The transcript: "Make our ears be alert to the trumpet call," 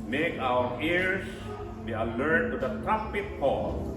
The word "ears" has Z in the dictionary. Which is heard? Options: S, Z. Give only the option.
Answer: S